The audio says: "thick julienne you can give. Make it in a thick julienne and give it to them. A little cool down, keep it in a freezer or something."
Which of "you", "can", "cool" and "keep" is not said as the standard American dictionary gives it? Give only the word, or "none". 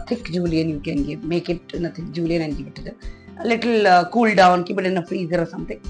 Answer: keep